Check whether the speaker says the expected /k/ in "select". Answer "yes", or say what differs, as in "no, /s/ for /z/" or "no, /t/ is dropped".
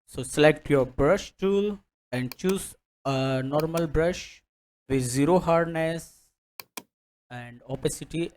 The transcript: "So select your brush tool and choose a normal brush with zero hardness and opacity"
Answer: yes